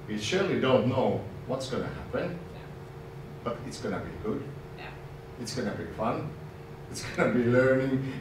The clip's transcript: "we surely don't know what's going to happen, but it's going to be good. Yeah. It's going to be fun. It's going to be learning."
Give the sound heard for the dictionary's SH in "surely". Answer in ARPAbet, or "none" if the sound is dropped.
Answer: SH